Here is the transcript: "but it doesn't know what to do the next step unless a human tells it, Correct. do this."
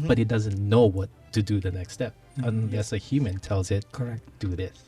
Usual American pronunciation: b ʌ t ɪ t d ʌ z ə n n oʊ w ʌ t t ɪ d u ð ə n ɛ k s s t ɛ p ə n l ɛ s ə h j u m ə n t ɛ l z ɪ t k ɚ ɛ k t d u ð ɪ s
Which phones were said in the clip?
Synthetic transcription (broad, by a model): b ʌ t ɪ t d ʌ z ə n n oʊ w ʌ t t ɪ d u ð ə n ɛ k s s t ɛ p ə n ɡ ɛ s ə h j u m ə n t ɛ l z ɪ t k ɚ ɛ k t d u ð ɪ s